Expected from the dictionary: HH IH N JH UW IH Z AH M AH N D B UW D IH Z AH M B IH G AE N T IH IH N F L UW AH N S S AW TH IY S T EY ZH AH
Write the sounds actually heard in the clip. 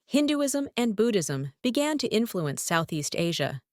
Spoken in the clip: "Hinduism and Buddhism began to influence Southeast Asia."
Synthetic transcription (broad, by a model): HH IH N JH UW IH Z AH M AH N B UW D IH Z AH M B IH G AE N T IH IH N F L UW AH N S S AW TH IY S T EY ZH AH